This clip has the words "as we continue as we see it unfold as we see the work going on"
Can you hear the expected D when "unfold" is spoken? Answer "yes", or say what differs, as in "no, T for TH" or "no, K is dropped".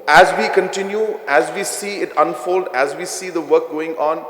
yes